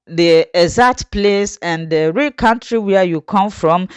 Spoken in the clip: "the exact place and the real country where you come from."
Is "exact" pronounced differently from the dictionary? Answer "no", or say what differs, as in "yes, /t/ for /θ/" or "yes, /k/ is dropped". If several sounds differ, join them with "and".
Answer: yes, /k/ is dropped